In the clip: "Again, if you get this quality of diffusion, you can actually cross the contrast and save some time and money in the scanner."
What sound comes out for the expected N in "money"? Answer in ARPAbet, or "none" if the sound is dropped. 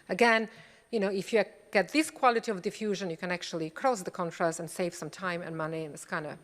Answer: N